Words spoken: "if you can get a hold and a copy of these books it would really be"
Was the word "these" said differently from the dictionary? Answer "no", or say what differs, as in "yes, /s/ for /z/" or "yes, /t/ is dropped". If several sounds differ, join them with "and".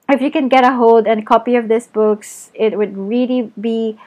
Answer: yes, /s/ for /z/